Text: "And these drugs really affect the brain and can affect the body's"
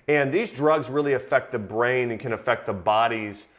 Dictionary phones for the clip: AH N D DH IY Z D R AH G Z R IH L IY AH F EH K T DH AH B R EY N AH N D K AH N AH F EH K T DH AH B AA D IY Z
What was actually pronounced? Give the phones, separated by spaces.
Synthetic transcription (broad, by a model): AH N DH IY Z D R AH G Z R IH L IY AH F EH K T DH AH B R EY N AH N K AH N AH F EH K T DH AH B AA D IY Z